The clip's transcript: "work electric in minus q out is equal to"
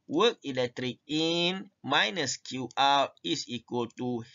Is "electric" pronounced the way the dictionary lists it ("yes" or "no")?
yes